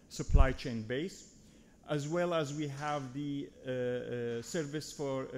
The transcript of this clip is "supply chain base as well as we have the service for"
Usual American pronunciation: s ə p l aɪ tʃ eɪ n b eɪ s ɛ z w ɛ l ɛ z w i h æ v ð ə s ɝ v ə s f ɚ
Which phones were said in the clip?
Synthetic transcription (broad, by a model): s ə p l aɪ tʃ eɪ n b eɪ s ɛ z w ɛ l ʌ z w i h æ v ð ə s ɝ v ə s f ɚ